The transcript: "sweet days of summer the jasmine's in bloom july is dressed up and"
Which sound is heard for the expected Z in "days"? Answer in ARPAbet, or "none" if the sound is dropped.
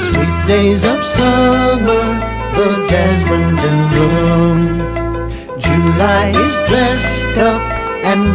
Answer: Z